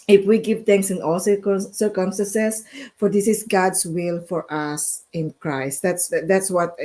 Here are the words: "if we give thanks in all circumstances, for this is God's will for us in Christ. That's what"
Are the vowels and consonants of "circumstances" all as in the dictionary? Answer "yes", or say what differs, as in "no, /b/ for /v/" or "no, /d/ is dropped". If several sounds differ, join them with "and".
no, /s/ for /z/